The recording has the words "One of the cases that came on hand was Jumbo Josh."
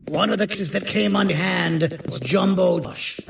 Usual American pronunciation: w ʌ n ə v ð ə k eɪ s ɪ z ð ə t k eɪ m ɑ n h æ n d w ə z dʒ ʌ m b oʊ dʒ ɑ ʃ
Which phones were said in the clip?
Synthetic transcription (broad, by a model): w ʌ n ə v ð ə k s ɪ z ð ə t k eɪ m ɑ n h æ n d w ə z dʒ ʌ m b oʊ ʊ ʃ